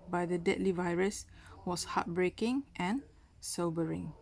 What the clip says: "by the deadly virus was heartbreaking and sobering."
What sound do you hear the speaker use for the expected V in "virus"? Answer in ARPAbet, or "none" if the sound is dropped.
V